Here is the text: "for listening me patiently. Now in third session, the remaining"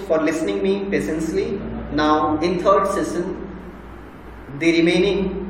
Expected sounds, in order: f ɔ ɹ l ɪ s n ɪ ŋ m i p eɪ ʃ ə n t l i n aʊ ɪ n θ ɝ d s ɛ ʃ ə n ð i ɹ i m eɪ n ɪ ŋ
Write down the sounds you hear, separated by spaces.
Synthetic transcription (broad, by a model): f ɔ ɹ l ɪ s n ɪ ŋ m i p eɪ s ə n s l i n aʊ ɪ n t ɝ d s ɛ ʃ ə n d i ɹ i m eɪ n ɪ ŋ